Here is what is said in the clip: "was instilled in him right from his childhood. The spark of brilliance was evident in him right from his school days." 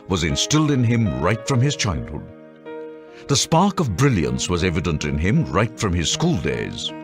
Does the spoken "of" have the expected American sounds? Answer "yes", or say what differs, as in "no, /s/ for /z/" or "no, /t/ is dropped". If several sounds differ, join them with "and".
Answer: yes